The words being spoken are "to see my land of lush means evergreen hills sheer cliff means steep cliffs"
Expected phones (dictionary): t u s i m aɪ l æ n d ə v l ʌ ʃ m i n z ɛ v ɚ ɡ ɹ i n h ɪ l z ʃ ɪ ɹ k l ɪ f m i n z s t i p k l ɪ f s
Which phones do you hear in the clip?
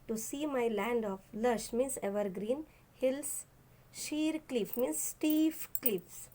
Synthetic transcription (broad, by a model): t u s i m aɪ l æ n d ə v l ʌ ʃ m i n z ɛ v ɚ ɡ ɹ i n h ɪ l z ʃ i ɹ k l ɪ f m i n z s t i f k l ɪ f s